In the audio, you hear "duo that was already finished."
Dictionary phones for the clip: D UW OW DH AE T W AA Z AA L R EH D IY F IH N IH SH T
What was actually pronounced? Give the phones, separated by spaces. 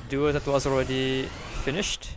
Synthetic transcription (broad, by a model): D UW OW DH AE T W AA Z AA L R EH D IY F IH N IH SH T